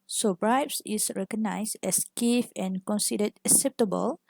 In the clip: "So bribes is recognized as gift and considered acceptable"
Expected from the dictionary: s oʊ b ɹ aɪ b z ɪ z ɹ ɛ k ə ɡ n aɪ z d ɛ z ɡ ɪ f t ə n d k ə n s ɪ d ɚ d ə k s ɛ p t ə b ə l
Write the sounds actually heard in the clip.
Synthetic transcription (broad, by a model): s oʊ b ɹ aɪ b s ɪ s ɹ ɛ k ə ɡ n aɪ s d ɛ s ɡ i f ə n k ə n s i d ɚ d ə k s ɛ p t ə b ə l